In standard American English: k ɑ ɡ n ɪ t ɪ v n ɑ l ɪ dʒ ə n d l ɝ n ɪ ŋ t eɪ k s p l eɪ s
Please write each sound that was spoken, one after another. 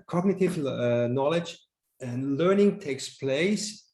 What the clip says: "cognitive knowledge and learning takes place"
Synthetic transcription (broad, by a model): k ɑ ɡ n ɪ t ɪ v n ɑ l ɪ dʒ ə n l ɝ n ɪ ŋ t eɪ k s p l eɪ s